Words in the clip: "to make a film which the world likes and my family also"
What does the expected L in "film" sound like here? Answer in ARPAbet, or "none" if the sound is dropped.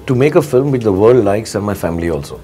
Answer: L